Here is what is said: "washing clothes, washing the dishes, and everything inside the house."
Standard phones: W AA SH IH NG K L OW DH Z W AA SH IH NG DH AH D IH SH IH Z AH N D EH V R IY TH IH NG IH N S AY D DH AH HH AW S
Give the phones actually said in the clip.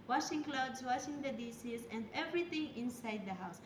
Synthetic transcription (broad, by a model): W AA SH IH NG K L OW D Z W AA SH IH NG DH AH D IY S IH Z AH N D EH V R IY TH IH NG IH N S AY D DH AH HH AW S